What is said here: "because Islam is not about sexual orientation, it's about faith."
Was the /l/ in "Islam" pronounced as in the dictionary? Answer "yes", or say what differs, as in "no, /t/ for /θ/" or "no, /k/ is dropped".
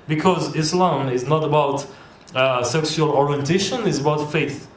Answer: yes